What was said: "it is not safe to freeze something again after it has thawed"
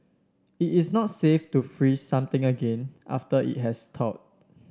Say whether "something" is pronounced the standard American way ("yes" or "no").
no